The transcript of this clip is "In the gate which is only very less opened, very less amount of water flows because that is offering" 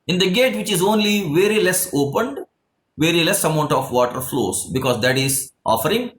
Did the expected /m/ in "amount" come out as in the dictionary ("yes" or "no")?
yes